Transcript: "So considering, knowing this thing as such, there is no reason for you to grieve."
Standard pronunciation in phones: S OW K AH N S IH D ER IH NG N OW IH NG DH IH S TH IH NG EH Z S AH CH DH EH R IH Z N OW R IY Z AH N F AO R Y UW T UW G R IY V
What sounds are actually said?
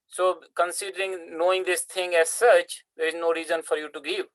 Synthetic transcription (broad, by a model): S OW K AH N S IH D ER IH NG N OW IH NG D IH S T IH NG EH Z S AH CH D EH R IH Z N OW R IY Z AH N F AO R Y UW T UW G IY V